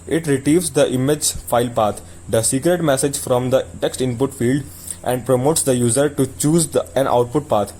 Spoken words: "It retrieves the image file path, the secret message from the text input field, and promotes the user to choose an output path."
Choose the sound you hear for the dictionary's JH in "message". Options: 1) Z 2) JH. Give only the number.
2